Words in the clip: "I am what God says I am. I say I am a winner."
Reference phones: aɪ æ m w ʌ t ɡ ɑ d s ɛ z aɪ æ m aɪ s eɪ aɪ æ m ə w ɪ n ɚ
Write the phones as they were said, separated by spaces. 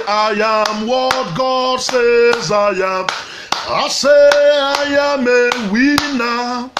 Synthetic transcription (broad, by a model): aɪ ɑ m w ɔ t ɡ ɑ d s ɛ z aɪ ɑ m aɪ s eɪ aɪ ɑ m ə w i n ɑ